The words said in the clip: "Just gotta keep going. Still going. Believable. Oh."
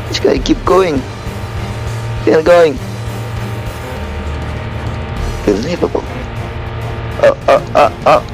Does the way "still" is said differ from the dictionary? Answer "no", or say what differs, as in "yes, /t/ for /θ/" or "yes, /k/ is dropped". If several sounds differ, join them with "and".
yes, /n/ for /l/